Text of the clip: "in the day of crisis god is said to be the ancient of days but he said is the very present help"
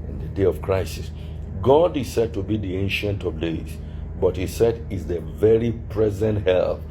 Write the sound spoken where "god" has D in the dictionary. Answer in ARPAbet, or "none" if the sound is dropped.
D